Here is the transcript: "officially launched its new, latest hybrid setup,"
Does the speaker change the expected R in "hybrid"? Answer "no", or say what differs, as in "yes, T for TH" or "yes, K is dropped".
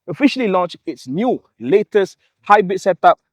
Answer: yes, R is dropped